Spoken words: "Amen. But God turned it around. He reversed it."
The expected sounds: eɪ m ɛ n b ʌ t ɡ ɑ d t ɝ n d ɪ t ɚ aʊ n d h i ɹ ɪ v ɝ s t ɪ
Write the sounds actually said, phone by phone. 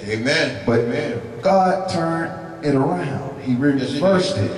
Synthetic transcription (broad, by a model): eɪ m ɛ n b ʌ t ɡ ɑ d t ɝ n ɪ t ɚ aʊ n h h i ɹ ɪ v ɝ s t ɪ